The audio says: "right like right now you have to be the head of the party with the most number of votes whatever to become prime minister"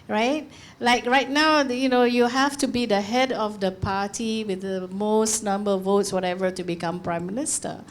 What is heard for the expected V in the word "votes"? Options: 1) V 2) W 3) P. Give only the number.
1